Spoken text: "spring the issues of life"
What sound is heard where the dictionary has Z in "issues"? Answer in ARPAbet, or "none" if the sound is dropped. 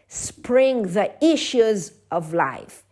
Z